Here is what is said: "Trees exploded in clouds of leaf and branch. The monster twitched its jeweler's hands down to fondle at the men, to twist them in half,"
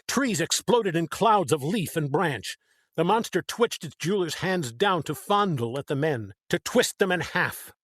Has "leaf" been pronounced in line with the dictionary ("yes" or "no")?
yes